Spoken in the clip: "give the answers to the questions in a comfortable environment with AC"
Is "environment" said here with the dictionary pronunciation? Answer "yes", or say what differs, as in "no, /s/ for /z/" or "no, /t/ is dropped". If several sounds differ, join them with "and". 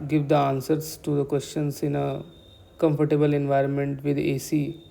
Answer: yes